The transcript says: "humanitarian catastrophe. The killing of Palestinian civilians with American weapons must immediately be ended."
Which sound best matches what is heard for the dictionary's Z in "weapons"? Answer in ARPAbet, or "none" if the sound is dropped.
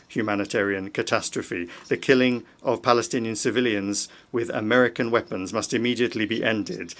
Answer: Z